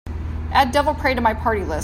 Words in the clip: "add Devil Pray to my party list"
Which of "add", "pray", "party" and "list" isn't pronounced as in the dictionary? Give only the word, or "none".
list